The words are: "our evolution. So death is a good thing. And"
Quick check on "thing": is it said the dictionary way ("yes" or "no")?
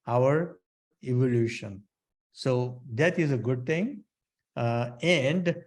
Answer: no